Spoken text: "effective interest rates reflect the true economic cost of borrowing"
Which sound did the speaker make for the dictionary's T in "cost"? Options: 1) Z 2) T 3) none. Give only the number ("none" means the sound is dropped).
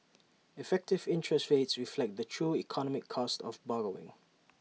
2